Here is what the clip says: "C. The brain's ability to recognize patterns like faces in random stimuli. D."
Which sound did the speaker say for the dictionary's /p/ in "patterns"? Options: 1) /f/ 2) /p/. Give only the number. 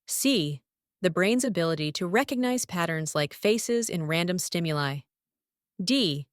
2